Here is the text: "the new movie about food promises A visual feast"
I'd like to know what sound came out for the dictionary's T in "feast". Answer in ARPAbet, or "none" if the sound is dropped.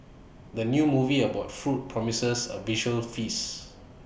none